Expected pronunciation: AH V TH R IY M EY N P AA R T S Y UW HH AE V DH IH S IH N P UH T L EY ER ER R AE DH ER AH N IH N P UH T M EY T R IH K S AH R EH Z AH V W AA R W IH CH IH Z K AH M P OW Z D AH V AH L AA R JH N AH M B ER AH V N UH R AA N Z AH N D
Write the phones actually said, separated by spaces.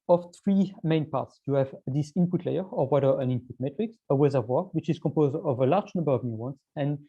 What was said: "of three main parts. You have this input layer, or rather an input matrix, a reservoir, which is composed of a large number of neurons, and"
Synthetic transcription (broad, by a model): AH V TH R IY M EY N P AA R T S Y UW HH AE V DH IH S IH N P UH T L EY ER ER W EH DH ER AH N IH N P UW T M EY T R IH K S AH W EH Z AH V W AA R W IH CH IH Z K AH M P OW Z D AH V AH L AA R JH N AH M B ER AH V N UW W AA N S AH N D